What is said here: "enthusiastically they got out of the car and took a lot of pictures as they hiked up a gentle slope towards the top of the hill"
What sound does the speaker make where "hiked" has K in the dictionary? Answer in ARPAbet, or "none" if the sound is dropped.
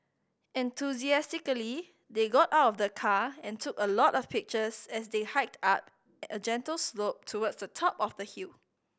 K